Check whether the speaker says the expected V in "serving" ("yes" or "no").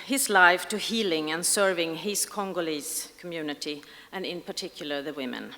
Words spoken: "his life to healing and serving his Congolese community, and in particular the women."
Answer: yes